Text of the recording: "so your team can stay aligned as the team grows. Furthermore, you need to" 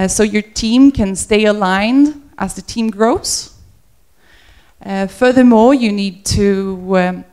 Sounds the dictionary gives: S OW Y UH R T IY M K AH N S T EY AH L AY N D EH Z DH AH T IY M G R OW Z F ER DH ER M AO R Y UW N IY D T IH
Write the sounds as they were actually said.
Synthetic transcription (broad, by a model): S OW Y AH R T IY M K AH N S T EY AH L AY N D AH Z DH AH T IY M G R OW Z F ER DH ER M AO R Y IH N IY D T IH